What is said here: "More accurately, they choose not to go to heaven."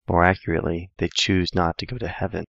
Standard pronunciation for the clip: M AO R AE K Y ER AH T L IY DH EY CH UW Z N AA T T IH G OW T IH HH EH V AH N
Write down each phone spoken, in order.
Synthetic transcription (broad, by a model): M AO R AE K Y ER AH T L IY DH EY CH UW Z N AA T T IH G OW T IH HH EH V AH N